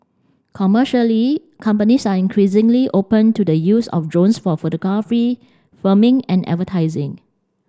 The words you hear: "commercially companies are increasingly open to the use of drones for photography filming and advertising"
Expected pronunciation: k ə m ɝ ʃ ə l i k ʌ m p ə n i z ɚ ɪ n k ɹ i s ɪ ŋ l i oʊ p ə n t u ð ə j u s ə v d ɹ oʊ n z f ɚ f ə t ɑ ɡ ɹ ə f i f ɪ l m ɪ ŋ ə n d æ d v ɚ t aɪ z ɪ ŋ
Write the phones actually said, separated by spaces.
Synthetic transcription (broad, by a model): k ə m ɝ ʃ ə l i k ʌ m p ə n i s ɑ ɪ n k ɹ i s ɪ ŋ l i oʊ p ə n t u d ə j u s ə f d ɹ oʊ n s f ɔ f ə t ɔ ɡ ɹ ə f i f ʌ m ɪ ŋ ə n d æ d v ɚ t aɪ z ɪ ŋ